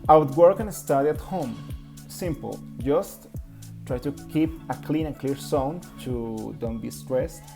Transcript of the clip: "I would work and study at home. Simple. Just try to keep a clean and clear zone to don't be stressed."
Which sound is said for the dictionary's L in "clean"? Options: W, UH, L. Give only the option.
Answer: L